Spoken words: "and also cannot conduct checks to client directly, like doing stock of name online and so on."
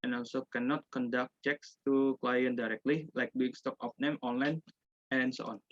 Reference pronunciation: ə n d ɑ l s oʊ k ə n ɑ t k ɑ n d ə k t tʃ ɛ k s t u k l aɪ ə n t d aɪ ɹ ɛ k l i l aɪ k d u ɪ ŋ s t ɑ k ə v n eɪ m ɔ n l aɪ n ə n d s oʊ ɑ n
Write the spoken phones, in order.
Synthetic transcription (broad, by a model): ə n ɑ l s oʊ k ə n ɑ t k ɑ n d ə k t tʃ ɛ k s t u k l aɪ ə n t d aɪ ɹ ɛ k l i l aɪ k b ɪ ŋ s t ɑ k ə p n eɪ m ɔ n l aɪ n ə n s oʊ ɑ n